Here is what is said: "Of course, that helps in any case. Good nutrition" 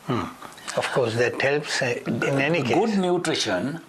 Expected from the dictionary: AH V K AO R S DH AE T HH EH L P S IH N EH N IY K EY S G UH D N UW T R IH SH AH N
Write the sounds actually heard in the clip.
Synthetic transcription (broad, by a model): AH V K AO R S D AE T HH EH L P S IH N EH N IY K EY G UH D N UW T R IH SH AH N